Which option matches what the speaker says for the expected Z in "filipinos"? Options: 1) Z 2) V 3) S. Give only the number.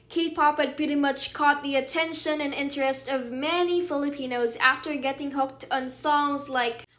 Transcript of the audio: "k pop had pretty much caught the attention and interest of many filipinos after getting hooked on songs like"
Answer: 1